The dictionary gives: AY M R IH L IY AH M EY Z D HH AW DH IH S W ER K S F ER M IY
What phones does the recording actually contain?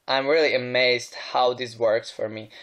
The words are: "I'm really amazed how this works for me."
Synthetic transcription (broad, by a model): AY M R IH L IY AH M EY Z D HH AW DH IH S W ER K S F ER M IY